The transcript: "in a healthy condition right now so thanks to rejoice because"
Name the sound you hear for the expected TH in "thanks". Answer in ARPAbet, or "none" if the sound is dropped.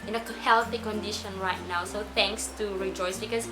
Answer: T